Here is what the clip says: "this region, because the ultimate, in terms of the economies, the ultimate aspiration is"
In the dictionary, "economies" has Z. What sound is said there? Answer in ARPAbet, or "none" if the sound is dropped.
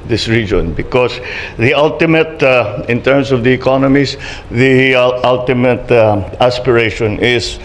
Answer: S